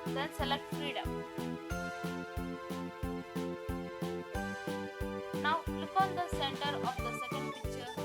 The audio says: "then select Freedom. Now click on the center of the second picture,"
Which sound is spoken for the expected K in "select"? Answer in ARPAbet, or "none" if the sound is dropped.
K